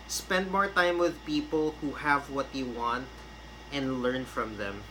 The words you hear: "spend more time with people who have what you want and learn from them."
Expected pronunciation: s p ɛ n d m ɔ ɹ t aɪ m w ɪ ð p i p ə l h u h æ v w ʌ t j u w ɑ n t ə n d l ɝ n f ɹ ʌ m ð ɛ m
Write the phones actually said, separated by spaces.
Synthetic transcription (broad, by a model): s p ɛ n d m ɔ ɹ t aɪ m w ɪ ð p i p ə l h u h æ v w ʌ t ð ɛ w ɑ n t ə n d l ɝ n f ɹ ʌ m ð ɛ m